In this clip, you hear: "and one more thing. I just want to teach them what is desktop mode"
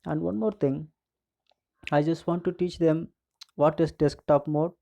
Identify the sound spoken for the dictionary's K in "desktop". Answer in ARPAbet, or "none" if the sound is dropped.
K